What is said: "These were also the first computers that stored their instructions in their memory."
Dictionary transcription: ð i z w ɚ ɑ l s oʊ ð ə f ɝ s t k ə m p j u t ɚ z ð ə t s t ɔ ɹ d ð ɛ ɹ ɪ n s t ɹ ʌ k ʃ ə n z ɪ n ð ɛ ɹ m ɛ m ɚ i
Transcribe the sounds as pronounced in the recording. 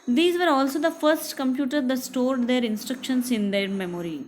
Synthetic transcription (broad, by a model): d i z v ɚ ɑ l s oʊ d ə f ɝ s t k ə m p j u t ɚ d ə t s t ɔ ɹ d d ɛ ɹ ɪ n s t ɹ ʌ k ʃ ə n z ɪ n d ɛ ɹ m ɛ m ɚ i